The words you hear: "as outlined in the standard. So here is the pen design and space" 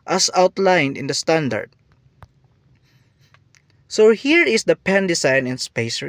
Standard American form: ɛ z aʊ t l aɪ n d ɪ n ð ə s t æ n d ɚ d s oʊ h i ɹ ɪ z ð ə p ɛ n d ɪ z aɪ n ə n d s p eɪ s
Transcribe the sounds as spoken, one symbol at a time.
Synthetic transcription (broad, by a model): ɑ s aʊ t l aɪ n d ɪ n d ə s t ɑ n d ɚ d s oʊ h i ɹ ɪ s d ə p ɛ n d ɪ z aɪ n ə n s p eɪ s